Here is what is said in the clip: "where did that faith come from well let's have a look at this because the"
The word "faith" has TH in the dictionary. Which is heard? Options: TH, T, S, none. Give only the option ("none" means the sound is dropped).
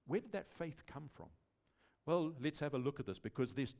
TH